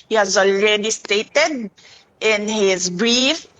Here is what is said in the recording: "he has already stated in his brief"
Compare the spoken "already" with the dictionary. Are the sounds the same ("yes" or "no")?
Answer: no